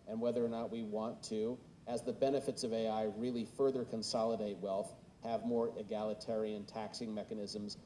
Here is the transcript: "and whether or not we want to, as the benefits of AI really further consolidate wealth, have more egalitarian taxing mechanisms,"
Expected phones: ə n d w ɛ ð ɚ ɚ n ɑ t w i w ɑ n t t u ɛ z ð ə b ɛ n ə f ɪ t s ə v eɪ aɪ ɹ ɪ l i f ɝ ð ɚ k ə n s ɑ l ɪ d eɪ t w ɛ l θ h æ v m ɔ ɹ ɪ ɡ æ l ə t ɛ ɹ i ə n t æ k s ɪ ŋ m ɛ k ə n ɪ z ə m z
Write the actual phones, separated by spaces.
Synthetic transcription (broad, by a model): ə n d w ɛ ð ɚ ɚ n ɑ t w i w ɑ n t t u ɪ z ð ə b ɛ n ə f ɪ t s ə v eɪ aɪ ɹ ɪ l i f ɝ ð ɚ k ə n s ɑ l ɪ d eɪ t w ɛ l θ h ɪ v m ɔ ɹ ɪ ɡ æ l ə t ɛ ɹ i ə n t æ k s ɪ ŋ m ɛ k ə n ɪ z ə m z